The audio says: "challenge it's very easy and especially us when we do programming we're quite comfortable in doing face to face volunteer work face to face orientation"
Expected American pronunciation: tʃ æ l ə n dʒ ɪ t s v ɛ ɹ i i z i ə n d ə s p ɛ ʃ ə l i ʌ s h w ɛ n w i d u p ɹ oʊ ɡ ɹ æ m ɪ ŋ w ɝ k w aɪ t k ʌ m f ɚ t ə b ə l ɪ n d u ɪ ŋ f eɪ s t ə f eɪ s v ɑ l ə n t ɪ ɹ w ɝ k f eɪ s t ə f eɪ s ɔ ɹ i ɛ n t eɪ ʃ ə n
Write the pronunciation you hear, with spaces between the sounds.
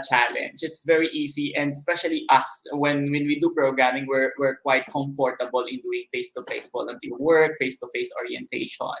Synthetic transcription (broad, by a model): tʃ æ l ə n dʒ ɪ t s v ɛ ɹ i i s i ə n d s p ɛ ʃ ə l i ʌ s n w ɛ n w i d u p ɹ oʊ ɡ ɹ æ m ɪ ŋ w ɝ k w aɪ t k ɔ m f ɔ t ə b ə l ɪ n d u ɪ ŋ f eɪ s t ə f eɪ s f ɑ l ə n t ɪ l w ɝ k f eɪ s t ə f eɪ s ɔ ɹ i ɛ n t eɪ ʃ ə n